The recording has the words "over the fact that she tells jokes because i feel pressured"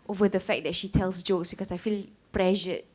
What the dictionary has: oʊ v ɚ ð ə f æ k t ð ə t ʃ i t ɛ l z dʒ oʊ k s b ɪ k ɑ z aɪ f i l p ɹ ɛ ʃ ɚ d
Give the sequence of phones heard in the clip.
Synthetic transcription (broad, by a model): oʊ v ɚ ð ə f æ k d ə t ʃ i t ɛ l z dʒ oʊ k s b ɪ k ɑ s aɪ f i l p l ɛ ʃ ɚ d